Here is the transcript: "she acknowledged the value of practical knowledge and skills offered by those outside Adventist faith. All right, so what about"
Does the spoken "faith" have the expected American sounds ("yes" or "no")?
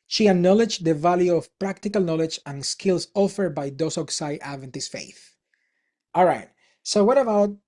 yes